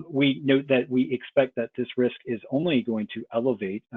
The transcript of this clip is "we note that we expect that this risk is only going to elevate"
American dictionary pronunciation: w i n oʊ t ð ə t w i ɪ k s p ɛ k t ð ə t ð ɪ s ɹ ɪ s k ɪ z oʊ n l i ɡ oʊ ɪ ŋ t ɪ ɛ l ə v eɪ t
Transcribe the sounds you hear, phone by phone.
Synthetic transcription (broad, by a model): w i n oʊ t ð ə t w i ɪ k s p ɛ k t ð ə t ð ɪ s ɹ ɪ s k ɪ z oʊ n l i ɡ oʊ ɪ ŋ t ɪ ɛ l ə v eɪ t